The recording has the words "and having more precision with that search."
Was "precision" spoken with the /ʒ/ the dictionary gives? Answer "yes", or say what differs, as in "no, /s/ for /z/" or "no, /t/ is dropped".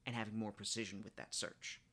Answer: yes